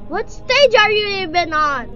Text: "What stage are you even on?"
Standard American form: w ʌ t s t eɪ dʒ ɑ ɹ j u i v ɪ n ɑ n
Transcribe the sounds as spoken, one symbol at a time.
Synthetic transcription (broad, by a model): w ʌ t s t eɪ dʒ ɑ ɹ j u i b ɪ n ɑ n